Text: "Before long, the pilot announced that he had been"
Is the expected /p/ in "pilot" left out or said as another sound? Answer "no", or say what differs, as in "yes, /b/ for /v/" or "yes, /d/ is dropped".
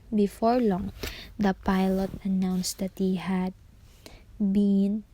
no